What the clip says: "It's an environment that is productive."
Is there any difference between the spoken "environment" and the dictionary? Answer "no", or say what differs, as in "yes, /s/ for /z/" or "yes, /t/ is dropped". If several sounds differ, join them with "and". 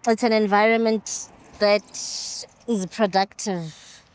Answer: no